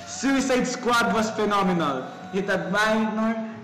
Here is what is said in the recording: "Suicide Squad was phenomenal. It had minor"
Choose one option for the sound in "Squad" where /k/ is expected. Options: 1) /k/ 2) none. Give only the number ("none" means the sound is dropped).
1